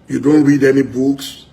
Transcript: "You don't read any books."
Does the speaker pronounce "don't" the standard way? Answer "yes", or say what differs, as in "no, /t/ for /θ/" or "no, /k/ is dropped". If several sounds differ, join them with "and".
yes